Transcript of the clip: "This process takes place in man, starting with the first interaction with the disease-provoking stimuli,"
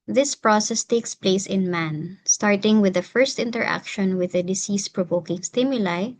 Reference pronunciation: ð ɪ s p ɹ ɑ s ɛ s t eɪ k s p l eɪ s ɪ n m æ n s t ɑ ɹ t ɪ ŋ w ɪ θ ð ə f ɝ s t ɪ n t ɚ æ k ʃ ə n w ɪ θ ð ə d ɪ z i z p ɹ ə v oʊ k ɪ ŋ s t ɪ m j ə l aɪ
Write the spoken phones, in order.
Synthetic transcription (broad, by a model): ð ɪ s p ɹ ɑ s ɛ s t eɪ k s p l eɪ s ɪ n m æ n s t ɑ ɹ t ɪ ŋ w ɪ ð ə f ɝ s t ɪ n t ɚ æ k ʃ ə n w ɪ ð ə d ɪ s i s p ɹ ə v oʊ k ɪ ŋ s t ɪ m j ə l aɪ